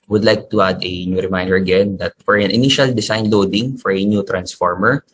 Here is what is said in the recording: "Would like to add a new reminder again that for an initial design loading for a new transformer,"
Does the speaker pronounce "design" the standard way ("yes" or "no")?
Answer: no